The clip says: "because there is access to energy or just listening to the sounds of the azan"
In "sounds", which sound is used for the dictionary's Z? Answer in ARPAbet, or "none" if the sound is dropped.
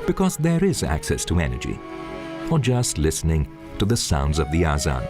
Z